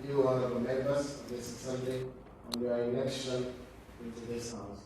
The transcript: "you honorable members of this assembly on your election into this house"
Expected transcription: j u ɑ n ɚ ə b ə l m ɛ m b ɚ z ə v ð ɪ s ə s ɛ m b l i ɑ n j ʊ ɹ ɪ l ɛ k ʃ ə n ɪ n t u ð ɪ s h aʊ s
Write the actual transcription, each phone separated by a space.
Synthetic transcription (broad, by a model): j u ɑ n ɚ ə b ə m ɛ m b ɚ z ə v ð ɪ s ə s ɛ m l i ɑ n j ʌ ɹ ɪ n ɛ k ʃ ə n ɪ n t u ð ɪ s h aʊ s